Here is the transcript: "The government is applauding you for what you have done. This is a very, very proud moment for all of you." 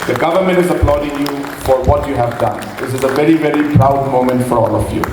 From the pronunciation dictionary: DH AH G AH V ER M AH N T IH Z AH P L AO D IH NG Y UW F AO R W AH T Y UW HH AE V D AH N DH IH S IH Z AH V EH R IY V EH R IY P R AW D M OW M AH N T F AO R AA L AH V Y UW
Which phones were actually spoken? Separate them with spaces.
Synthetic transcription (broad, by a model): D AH G AH V ER M AH N T IH Z AH P L AO D IH NG Y UW F AO R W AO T Y UW HH AE V D AH N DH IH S IH Z AH V EH R IY V EH R IY P R AW D M OW M AH N T F AO R AA L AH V Y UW